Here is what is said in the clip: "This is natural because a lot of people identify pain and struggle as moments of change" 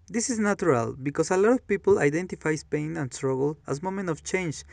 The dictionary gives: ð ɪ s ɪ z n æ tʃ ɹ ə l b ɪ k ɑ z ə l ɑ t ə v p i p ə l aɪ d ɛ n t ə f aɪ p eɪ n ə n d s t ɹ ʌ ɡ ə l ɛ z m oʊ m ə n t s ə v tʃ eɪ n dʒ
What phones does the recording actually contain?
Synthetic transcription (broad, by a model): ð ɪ s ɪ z n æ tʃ ɹ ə l b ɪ k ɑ s ə l ɑ t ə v p i p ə l aɪ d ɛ n t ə f aɪ p eɪ n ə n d s t ɹ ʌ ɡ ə l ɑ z m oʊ m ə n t ə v tʃ eɪ n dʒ